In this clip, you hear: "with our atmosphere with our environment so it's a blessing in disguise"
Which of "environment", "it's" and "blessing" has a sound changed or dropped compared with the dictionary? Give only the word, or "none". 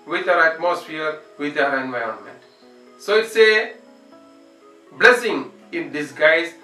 none